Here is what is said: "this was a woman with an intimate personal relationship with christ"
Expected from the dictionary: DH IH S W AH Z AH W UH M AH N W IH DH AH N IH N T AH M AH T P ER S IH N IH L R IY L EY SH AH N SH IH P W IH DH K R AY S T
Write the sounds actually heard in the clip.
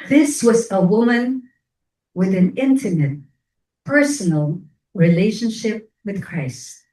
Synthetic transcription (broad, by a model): DH IH S W AH Z AH W UH M AH N W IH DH AH N IH N T AH M AH T P ER S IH N L R IY L EY SH AH N SH IH P W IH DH K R AY S T